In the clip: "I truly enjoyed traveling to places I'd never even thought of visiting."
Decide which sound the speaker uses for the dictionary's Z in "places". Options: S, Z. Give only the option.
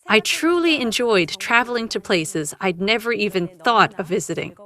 Z